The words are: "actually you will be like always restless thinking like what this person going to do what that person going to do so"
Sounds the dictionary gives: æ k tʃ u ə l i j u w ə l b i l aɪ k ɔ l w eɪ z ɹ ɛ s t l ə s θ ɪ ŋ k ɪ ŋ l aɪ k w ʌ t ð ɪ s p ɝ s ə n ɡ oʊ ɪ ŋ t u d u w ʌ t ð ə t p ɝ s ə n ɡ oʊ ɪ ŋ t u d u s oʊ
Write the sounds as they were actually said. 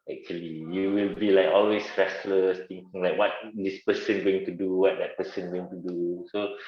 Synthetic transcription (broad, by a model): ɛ k tʃ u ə l i j u w ə l b i l aɪ k ɔ l w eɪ s ɹ ɛ s l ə s t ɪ ŋ k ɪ ŋ l aɪ k w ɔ t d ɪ s p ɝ s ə n ɡ oʊ ɪ ŋ t u d u w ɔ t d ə t p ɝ s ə n ɡ oʊ ɪ ŋ t u d u s oʊ